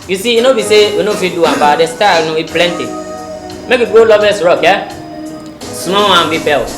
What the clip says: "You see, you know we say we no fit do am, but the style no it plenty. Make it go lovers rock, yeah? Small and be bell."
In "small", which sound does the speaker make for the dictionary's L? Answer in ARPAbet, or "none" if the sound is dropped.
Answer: W